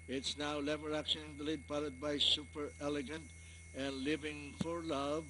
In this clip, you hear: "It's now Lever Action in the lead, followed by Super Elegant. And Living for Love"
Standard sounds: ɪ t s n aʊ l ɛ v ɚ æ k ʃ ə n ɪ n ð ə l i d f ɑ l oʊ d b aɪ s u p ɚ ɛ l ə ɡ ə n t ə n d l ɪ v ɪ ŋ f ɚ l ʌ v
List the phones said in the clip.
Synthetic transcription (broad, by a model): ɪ t s n aʊ l ɛ v ɚ æ k ʃ ə n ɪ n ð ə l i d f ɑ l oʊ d b aɪ s u p ɚ ɛ l ə ɡ ə n t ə n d l ɪ v ɪ ŋ f ɚ l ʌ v